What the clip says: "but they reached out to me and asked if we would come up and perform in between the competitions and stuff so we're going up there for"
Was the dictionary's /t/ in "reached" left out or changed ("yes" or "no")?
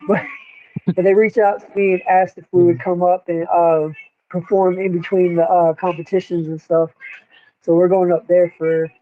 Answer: yes